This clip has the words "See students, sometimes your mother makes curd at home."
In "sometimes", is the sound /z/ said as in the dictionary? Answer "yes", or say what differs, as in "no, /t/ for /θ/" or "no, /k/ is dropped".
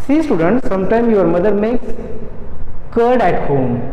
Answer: no, /z/ is dropped